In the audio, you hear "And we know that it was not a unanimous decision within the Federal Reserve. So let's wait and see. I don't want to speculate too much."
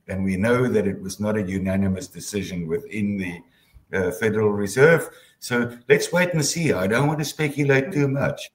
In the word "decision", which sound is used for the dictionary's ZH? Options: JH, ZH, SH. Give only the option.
ZH